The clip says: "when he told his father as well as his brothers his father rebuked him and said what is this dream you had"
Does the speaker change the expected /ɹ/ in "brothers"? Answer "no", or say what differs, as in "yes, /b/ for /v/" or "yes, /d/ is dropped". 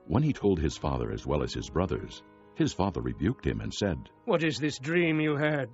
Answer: no